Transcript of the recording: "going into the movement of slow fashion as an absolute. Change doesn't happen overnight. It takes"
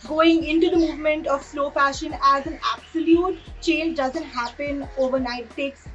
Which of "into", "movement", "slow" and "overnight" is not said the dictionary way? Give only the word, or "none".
overnight